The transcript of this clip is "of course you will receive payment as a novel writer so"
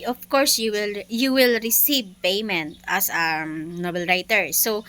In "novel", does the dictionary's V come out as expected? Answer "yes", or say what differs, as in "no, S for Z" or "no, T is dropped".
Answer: no, B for V